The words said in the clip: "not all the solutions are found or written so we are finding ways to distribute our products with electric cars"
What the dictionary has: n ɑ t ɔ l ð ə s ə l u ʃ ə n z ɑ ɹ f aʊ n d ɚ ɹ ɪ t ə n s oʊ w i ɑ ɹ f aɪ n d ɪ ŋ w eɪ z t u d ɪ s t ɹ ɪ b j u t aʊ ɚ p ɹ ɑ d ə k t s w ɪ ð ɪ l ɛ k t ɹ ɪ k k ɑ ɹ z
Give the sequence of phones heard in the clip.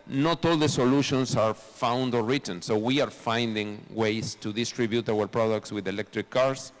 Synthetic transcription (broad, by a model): n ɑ t ɔ l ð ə s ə l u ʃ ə n s ɑ ɹ f aʊ n d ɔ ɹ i t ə n s oʊ w i ɑ ɹ f aɪ n d ɪ ŋ w eɪ s t u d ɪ s t ɹ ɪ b j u t aʊ ɚ p ɹ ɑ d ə k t s w ɪ ð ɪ l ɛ k t ɹ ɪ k k ɑ ɹ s